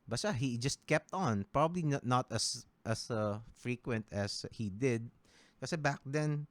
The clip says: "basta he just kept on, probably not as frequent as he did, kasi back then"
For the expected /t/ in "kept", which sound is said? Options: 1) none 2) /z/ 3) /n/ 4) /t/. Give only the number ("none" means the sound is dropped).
4